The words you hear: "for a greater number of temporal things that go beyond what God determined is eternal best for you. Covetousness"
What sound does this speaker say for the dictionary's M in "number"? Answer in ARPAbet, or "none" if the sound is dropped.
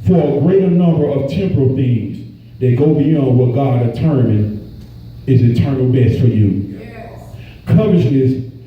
M